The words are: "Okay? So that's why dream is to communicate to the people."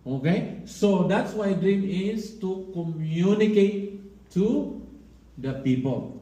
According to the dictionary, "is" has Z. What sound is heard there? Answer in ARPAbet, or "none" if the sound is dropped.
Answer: S